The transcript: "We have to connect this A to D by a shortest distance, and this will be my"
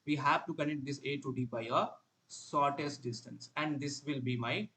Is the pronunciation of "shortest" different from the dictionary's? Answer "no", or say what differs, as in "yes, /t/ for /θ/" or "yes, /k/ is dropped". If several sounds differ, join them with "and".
yes, /s/ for /ʃ/